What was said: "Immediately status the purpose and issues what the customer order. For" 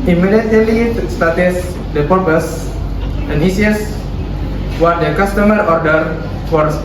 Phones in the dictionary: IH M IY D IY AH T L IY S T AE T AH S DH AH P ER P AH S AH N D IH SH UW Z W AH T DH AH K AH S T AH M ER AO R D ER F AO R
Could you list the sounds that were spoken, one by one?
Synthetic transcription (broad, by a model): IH M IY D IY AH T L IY S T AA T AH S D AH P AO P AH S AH N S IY UW S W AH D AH K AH S T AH M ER AO R D ER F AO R